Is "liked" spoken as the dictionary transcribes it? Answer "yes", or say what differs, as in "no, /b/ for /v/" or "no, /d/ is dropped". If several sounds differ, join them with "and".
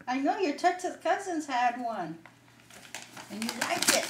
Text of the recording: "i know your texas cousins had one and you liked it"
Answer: no, /t/ is dropped